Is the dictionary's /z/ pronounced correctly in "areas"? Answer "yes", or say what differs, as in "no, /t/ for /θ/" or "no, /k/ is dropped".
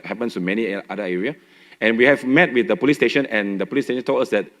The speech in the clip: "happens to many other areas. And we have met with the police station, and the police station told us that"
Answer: no, /z/ is dropped